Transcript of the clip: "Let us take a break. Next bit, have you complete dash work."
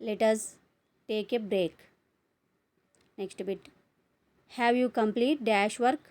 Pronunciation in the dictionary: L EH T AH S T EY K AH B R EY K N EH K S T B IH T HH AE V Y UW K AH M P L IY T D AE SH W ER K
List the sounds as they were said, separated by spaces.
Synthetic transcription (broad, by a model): L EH T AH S T EY K AH B R EY K N EH K S T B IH T HH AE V Y UW K AH M P L IY T D AE SH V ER K